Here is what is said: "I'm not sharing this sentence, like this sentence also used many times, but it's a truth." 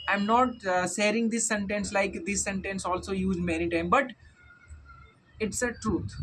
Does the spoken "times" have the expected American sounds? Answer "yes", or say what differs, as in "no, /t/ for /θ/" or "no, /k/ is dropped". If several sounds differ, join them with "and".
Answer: no, /z/ is dropped